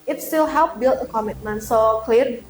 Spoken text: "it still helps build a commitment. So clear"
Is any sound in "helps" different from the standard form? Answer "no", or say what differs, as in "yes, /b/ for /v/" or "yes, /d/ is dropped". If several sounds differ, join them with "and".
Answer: yes, /s/ is dropped